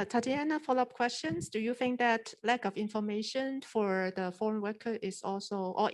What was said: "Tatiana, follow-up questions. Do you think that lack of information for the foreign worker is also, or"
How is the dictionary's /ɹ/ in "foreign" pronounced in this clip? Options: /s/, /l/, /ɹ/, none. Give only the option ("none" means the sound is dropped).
/ɹ/